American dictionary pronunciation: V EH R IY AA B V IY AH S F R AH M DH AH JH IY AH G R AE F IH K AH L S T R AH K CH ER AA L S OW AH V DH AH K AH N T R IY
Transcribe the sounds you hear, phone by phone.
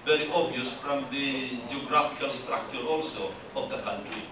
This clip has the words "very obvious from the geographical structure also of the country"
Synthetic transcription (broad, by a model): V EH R IY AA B IY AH S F R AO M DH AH JH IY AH G R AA F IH K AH L S T R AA K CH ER AA L S OW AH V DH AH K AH N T R IY